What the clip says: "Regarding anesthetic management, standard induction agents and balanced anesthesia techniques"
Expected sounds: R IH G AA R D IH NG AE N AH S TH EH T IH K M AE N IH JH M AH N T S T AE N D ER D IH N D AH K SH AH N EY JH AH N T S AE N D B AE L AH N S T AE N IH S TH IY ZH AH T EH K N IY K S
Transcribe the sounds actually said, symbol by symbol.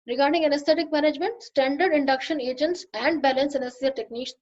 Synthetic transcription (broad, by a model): R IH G AA R D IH NG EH N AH S T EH T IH K M AE N IH JH M AH N T S T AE N D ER D IH N D AH K SH AH N EY JH AH N T S AE N D B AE L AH N S EH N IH S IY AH T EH K N IY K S